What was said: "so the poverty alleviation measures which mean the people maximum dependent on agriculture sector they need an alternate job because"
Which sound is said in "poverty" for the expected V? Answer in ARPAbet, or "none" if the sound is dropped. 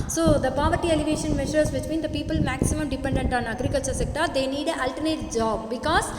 V